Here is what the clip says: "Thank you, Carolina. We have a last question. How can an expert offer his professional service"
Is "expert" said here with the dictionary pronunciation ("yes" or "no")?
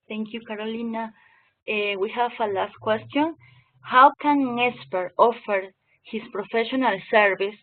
no